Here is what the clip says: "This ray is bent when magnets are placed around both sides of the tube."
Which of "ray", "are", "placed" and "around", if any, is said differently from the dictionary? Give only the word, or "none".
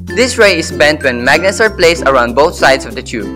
placed